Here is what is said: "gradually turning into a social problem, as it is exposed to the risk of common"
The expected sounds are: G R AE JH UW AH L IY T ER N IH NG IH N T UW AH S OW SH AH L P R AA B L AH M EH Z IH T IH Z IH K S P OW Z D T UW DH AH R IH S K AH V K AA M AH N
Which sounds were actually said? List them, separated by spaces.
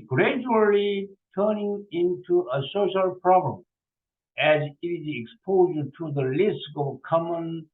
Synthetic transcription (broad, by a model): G R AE JH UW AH L IY T ER N IH NG IH N T UW AH S OW SH AH L P R AA B L AH M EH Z IH T IH Z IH K S P OW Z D T UW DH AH L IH S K AH V K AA M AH N